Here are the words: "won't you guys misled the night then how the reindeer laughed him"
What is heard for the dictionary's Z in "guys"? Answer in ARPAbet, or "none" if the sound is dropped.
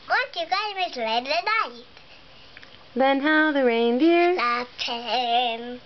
none